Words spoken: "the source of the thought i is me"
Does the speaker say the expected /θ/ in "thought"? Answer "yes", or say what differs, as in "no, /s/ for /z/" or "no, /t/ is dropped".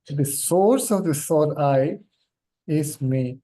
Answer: no, /s/ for /θ/